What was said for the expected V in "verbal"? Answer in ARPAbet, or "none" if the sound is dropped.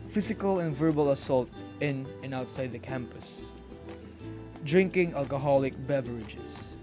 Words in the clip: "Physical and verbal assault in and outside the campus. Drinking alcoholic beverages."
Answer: V